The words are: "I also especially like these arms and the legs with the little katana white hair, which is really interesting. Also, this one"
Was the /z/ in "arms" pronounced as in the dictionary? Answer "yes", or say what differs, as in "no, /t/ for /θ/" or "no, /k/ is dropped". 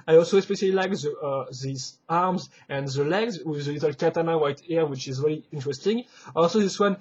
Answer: yes